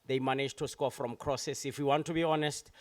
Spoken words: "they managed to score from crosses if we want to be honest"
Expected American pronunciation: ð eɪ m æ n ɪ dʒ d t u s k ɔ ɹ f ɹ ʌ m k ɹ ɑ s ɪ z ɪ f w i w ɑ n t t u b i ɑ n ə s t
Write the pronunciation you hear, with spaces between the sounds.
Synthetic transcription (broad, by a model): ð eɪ m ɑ n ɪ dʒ t u s k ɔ f ɹ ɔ m k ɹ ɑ s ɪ s ɪ f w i w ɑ n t t u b i ɑ n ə s t